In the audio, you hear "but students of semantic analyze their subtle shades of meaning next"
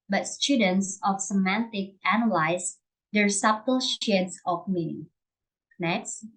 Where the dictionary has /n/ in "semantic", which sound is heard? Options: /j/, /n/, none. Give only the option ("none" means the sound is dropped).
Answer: /n/